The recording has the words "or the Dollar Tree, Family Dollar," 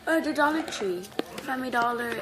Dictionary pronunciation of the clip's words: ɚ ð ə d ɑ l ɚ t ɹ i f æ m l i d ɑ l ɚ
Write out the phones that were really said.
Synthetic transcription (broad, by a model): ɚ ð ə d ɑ l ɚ t ɹ i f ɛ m i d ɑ l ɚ